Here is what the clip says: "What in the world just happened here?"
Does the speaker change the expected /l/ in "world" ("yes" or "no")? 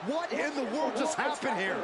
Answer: no